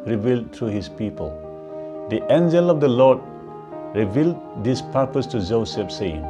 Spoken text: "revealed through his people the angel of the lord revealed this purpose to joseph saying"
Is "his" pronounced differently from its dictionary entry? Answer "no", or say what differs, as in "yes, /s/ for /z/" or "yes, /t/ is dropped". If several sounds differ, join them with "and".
yes, /s/ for /z/